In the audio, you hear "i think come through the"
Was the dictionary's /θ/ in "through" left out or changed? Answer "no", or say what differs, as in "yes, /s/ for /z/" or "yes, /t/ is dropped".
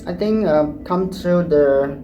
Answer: yes, /t/ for /θ/